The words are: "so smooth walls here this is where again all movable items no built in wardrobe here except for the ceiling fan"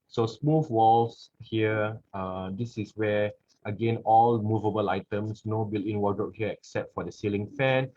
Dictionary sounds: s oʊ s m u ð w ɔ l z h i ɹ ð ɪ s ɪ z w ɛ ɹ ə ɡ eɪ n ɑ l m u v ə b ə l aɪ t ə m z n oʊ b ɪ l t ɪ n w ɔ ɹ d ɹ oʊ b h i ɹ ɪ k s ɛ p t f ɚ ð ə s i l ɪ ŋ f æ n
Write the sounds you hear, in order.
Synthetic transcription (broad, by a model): s oʊ s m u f w ɔ l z h i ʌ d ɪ s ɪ s w ɛ ə ɡ eɪ n ɑ l m u v ə b ə l aɪ t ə m s n oʊ b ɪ l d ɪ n w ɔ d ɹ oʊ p h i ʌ ɪ k s ɛ p t f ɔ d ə s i l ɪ ŋ f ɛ n